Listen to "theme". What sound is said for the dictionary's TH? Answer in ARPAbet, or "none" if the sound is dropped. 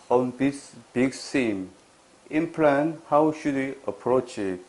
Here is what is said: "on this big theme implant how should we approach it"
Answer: S